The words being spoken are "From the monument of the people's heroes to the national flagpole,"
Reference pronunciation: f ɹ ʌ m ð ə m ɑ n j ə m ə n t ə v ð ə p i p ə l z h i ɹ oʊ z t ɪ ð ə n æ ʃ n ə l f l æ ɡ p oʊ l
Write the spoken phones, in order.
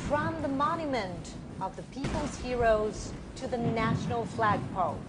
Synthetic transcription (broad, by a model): f ɹ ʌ m ð ə m ɑ n j ə m ə n t ə v ð ə p i p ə l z h i ɹ oʊ z t ɪ ð ə n æ ʃ n l f l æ ɡ p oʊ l